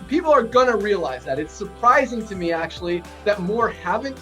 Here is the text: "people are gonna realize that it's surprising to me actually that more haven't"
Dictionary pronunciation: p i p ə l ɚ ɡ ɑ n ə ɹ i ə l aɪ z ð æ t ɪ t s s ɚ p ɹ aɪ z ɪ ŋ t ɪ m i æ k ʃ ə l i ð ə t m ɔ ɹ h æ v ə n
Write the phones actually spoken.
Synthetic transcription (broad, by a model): p i p l ɚ ɡ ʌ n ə ɹ i ə l aɪ z ð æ t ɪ t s s ɚ p ɹ aɪ z ɪ ŋ t ɪ m i æ k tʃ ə l i ð ə t m ɔ ɹ h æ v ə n